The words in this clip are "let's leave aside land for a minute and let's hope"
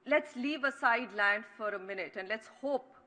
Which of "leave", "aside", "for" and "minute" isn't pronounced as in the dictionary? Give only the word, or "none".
none